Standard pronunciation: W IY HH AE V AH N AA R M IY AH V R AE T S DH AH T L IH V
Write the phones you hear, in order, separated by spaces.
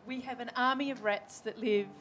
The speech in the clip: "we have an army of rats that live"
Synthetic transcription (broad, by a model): W IY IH V AH N AA R M IY AH V R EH T S DH AH T L IH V